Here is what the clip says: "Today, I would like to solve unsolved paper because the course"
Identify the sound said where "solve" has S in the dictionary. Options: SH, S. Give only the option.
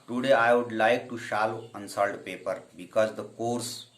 SH